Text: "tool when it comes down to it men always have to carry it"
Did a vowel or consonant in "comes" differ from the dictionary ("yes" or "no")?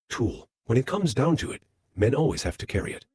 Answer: no